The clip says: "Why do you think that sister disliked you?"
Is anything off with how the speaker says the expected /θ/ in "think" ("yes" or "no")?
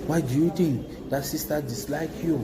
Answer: yes